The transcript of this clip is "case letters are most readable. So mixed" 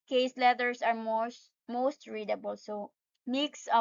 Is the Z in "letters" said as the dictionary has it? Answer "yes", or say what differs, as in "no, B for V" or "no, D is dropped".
no, S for Z